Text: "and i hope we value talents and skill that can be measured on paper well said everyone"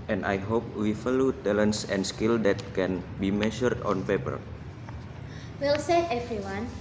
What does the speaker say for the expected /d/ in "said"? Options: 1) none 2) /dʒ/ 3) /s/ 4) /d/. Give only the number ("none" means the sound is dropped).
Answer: 1